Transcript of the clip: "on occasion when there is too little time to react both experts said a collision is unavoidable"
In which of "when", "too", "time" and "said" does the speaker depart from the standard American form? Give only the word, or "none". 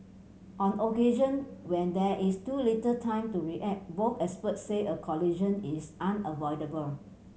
said